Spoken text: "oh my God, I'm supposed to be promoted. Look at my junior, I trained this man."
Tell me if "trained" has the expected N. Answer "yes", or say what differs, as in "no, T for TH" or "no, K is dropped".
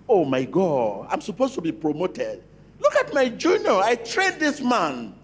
no, N is dropped